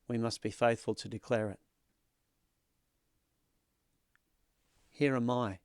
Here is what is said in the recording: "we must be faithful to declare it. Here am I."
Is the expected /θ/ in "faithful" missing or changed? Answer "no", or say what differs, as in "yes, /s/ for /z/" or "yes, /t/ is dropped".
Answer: no